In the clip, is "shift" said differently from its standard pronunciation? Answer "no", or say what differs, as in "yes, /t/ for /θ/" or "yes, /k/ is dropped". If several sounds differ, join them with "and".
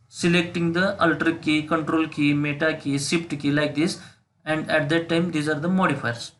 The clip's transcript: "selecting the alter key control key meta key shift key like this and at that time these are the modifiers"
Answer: yes, /s/ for /ʃ/